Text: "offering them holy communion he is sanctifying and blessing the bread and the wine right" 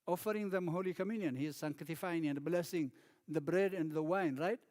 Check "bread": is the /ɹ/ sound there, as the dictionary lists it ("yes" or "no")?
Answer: yes